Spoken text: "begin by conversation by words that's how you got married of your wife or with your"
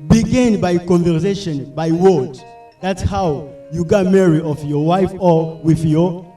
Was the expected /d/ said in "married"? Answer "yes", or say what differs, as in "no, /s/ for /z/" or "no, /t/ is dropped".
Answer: no, /d/ is dropped